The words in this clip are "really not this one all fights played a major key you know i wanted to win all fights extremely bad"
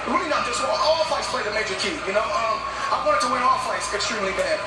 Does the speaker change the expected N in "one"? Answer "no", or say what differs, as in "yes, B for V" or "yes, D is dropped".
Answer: yes, N is dropped